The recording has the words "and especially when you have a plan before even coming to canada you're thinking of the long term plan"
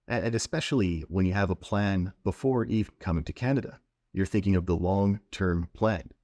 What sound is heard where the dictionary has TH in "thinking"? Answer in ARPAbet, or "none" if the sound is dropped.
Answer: TH